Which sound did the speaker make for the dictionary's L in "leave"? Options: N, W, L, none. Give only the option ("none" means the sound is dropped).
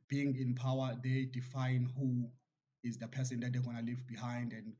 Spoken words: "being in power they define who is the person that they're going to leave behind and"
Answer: L